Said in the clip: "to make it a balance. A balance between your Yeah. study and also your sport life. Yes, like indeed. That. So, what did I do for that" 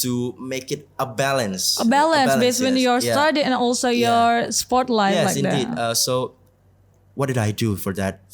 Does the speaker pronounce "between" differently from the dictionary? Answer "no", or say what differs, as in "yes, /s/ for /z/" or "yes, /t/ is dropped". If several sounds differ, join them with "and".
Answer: yes, /s/ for /t/